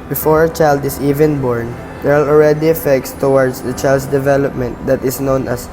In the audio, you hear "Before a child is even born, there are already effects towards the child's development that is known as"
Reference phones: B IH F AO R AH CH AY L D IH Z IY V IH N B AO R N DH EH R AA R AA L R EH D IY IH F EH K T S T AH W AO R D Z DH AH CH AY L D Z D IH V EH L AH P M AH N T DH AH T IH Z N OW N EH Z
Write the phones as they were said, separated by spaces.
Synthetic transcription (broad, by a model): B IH F AO R AH CH AY L D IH S IY V IH N B AO R N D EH R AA L AA L R EH D IY IH F EH K T S T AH W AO R D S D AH CH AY L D S D IH V EH L AH P M AH N T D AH T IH S N OW N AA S